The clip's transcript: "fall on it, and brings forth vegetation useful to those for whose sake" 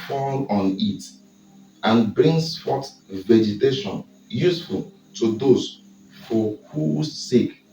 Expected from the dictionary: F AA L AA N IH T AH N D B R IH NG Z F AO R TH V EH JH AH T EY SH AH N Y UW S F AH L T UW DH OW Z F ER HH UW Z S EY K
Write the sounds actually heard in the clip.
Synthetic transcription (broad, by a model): F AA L AA N IH T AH N B R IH NG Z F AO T V EH JH AH T EY SH AH N Y UW S F AH L T UW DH OW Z F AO HH UW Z S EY K